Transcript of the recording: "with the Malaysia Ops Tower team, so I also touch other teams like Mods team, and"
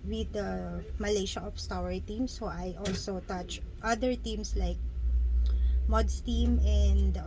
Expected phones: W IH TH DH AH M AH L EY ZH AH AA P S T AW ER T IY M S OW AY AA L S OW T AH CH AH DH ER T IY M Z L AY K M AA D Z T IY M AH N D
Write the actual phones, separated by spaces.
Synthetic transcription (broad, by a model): W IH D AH M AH L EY SH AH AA F S T AW ER T IY M S OW AY AA L S OW T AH CH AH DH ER T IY M S L AY K M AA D S T IY M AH N D